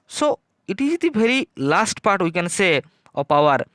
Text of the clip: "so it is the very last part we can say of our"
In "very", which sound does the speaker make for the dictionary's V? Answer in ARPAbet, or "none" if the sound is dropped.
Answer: B